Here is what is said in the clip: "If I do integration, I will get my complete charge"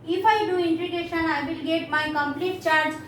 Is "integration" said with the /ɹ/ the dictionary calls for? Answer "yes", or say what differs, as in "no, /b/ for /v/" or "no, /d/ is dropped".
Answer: no, /ɹ/ is dropped